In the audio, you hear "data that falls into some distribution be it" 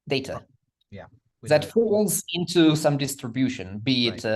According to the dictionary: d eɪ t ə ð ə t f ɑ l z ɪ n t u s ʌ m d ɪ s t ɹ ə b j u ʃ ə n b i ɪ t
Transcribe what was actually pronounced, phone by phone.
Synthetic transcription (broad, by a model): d eɪ t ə ð ə t f ɑ l z ɪ n t u s ʌ m d ɪ s t ɹ ə b j u ʃ ə n b i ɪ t